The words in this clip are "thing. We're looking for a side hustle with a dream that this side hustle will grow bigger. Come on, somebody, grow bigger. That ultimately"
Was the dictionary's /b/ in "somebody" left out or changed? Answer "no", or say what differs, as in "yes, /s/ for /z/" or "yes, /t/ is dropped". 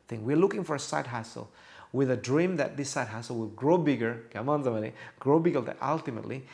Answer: yes, /b/ is dropped